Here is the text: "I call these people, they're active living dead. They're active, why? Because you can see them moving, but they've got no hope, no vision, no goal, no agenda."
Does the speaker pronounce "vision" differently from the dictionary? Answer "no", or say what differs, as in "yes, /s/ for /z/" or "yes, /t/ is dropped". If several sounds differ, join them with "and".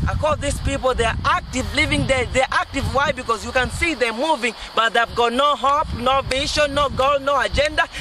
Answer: yes, /ʃ/ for /ʒ/